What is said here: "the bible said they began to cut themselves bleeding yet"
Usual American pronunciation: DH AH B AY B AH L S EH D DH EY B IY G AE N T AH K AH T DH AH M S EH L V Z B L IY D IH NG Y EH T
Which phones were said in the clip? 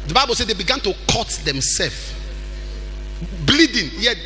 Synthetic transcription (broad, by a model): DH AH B AY B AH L S EH D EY B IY G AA N T AH K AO T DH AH M S EH L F B L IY D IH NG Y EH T